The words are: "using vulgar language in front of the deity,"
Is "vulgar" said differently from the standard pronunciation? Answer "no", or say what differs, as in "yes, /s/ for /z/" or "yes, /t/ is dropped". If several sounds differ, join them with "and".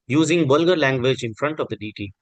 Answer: yes, /b/ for /v/